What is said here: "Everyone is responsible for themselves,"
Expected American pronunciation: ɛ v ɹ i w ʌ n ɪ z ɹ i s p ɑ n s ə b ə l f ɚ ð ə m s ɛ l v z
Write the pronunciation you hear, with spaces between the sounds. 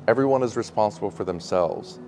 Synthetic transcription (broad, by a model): ɛ v ɹ i w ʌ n ɪ z ɹ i s p ɑ n s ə b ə l f ɚ ð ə m s ɛ l v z